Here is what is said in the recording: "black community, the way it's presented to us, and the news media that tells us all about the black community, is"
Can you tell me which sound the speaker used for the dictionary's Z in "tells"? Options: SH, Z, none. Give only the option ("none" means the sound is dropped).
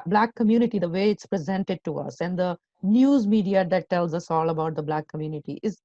Z